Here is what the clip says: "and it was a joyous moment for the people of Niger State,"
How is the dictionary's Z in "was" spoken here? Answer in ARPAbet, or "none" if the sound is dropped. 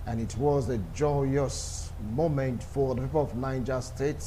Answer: Z